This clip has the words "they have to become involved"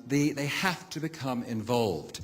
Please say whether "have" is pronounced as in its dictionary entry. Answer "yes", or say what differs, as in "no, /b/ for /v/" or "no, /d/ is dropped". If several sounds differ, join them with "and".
no, /f/ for /v/